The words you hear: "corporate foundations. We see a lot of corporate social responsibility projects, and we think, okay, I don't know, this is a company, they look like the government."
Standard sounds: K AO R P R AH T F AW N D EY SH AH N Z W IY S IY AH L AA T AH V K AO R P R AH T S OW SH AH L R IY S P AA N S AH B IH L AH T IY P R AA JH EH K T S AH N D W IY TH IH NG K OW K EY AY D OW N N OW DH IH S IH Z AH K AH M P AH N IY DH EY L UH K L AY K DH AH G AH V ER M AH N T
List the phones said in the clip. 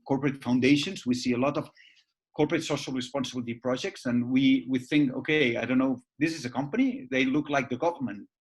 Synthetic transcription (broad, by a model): K AO R P R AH T F AW N D EY SH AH N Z W IY S IY AH L AA T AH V K AO R P R AH T S OW SH AH L R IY S P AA N S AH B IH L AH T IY P R AA JH EH K T S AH N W W IY TH IH NG K OW K EY AY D OW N N OW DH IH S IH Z AH K AH M P AH N IY DH EY L UH K L AY K DH AH G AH V ER M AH N T